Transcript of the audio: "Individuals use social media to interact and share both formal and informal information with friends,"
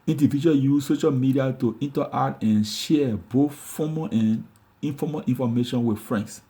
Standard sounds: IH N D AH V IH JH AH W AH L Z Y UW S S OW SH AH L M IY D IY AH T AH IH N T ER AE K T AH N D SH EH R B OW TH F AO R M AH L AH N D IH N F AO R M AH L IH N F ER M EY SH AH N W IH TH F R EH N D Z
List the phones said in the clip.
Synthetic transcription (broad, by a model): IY N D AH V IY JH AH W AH Y UW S S OW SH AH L M IY D IY AH T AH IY N T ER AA T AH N SH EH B OW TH F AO M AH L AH N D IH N F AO M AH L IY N F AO M EY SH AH N W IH F R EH N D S